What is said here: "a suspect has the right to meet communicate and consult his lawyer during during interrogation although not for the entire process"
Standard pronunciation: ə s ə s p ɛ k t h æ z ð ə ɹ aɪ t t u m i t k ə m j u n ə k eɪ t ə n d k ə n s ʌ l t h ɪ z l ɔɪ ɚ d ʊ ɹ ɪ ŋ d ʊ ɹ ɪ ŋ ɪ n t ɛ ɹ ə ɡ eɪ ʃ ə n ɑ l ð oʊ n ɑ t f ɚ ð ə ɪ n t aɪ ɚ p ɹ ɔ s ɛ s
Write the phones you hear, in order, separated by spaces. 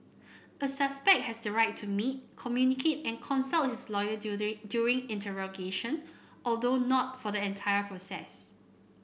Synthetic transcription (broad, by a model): ə s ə s p ɛ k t h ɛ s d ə ɹ aɪ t t u m i t k ə m j u n ə k eɪ t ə n k ə n s ʌ l t h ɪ s l ɔɪ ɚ d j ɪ ɹ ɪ ŋ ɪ n t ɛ ɹ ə ɡ eɪ ʃ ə n ɑ l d oʊ n ɑ t f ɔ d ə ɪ n t aɪ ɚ p ɹ ɔ s ɛ s